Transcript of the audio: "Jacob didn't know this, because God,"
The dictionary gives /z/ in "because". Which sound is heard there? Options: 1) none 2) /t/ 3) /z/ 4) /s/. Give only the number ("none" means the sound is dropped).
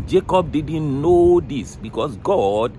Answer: 4